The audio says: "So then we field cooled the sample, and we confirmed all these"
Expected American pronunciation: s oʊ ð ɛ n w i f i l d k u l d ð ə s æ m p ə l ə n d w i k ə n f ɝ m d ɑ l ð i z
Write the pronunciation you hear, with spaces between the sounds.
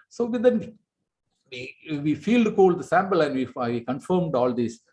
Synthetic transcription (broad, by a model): s oʊ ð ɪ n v i f i l d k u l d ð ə s æ m p ə l ə n d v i k ə n f ɝ m d ɑ l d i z